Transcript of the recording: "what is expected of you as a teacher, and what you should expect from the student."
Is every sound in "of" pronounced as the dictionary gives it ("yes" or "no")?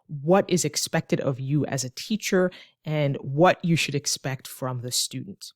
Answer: yes